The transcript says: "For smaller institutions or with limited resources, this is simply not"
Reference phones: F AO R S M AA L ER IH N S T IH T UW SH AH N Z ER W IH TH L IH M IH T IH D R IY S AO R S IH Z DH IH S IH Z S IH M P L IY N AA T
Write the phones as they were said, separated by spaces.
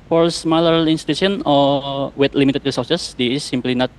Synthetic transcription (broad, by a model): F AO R S M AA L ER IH N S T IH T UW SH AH N AO W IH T L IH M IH T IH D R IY S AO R S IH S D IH IH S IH M P L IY N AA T